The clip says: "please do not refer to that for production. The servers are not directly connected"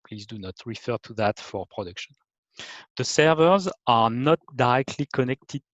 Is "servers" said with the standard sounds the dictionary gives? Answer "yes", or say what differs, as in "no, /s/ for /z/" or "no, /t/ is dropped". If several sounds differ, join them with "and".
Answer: yes